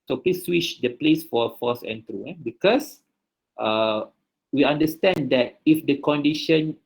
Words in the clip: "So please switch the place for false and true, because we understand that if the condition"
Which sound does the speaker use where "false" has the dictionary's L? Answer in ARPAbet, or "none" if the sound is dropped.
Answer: none